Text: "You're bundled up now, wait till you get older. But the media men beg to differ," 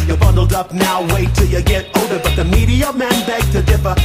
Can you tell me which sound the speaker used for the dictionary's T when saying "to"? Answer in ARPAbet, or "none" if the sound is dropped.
T